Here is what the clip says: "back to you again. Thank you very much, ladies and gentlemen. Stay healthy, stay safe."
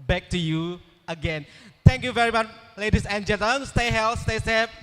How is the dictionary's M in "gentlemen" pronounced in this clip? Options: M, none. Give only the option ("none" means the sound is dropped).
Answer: none